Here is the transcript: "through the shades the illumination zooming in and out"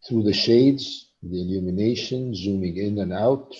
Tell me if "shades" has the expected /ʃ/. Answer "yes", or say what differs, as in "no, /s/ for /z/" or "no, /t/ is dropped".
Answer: yes